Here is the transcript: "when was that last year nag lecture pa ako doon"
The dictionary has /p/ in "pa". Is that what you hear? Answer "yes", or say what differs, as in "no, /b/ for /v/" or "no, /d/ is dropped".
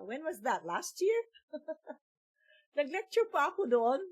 yes